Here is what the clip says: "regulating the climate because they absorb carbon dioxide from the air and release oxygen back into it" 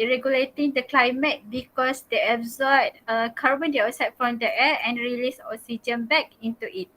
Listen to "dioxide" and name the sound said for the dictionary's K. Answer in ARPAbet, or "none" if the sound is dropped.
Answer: none